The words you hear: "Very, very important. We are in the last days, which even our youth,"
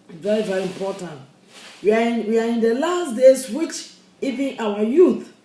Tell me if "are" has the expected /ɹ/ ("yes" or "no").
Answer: no